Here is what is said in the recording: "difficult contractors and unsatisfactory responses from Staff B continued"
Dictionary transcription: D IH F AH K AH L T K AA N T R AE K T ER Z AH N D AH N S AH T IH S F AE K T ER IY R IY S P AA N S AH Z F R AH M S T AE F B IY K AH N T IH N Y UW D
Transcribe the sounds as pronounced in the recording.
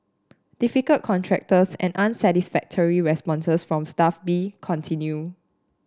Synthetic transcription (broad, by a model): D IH F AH K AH L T K AA N T R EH K T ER S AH N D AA N S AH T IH S F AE K T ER IY R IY S P AA N S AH S F R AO M S T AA F B IY K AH N T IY N Y UW